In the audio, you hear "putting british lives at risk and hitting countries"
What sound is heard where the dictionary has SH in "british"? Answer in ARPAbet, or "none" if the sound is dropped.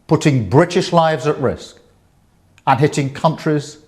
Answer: SH